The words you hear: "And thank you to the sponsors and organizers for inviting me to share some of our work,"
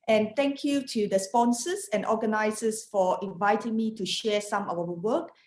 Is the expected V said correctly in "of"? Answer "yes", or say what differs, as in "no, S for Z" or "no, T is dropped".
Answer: no, W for V